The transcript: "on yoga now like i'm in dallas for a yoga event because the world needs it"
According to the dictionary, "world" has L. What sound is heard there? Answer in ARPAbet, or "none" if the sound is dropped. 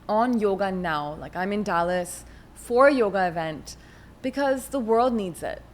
L